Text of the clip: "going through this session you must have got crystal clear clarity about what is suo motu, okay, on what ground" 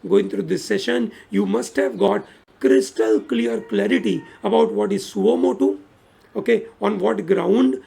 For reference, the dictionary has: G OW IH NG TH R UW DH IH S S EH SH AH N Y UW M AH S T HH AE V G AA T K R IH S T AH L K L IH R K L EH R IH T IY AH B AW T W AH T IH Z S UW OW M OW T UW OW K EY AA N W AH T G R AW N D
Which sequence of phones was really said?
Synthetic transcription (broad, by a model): G OW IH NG T R UW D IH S S EH SH AH N Y UW M AH S T HH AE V G AA T K R IH S T AH L K L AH R K L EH R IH T IY AH B AW T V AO T IH Z S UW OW M OW T UW OW K EY AA N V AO T G R AW N D